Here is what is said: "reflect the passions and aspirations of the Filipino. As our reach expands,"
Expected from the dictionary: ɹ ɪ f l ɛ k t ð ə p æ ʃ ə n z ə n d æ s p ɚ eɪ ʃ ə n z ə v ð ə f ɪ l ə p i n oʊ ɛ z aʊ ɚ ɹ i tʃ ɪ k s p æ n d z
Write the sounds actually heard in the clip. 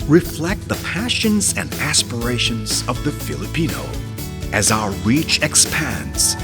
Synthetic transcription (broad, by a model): ɹ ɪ f l ɛ k t ð ə p æ ʃ ə n z ə n d æ s p ɚ eɪ ʃ ə n z ə v ð ə f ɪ l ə p i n oʊ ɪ z aʊ ɚ ɹ i tʃ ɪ k s p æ n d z